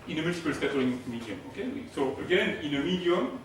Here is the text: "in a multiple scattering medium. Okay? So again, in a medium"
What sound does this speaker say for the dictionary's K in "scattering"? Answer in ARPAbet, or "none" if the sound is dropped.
none